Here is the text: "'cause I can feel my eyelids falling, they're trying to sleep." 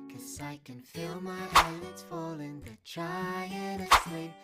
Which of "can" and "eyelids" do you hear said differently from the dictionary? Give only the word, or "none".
eyelids